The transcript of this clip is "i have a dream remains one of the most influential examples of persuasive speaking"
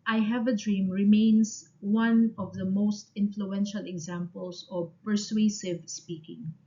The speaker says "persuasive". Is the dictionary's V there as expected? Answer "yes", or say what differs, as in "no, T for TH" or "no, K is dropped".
yes